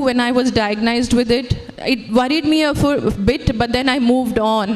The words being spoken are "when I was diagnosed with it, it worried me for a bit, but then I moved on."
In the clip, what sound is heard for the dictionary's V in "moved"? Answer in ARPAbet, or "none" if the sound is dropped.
V